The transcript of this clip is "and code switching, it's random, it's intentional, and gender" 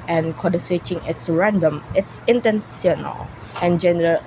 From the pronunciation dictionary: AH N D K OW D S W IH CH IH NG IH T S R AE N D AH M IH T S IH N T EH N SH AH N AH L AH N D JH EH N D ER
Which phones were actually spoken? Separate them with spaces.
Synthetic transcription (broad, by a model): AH N K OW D S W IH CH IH NG IH T S R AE N D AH M IH T S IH N T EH N S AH N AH L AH N JH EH N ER